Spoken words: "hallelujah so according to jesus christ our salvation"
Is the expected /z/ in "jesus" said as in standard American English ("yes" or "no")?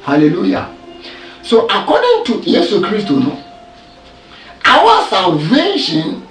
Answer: no